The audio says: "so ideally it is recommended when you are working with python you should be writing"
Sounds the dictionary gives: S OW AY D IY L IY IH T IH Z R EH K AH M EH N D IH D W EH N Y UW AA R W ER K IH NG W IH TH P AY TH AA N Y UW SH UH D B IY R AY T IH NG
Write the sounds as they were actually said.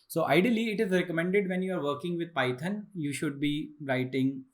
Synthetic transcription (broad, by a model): S OW AY D IY L IY IH T IH Z R EH K AH M EH N D IH D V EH N Y UW AA R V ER K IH NG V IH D P AY T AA N Y UW SH UH D B IY R AY T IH NG